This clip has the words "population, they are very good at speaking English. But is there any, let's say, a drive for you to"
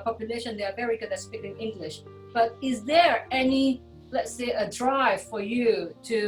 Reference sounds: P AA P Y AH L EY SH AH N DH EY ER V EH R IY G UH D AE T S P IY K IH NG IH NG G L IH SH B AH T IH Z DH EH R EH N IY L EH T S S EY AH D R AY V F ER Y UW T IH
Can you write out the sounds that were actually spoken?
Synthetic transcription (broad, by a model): P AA P Y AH L EY SH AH N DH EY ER V EH R IY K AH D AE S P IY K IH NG IH NG G L IH SH B AH T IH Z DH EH R EH N IY L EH T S S EY AH D R AY V F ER Y UW T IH